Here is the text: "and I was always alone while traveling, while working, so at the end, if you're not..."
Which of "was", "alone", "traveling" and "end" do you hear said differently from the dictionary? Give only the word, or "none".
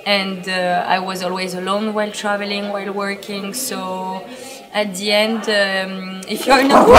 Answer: none